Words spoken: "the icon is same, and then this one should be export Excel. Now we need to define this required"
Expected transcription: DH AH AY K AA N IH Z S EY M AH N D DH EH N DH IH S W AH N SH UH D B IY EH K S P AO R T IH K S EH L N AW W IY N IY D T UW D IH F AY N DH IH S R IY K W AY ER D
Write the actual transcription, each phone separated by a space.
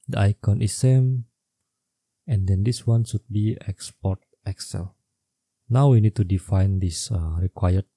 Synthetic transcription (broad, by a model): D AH AY K AA N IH S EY M AH N D EH N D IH S W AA N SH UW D B IY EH K S P AO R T IH K S EH L N AW W IY N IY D T UW D IH F AY N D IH S R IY K W AY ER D